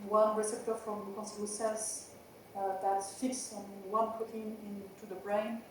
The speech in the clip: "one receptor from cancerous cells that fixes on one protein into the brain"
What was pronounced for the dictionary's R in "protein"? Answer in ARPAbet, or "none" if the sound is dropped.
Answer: none